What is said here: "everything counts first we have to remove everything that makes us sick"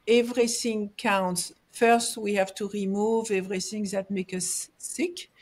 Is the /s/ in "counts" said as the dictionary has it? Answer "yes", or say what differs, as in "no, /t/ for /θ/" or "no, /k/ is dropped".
yes